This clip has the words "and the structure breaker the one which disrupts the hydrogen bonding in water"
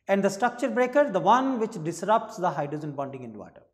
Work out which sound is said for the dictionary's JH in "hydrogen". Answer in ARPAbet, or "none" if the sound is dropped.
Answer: Z